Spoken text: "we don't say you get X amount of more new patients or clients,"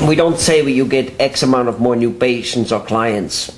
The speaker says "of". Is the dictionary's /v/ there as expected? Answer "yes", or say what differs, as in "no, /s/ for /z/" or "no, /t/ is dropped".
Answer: yes